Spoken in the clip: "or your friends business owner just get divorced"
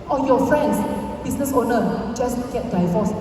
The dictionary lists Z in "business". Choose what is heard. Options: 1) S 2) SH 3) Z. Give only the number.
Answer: 1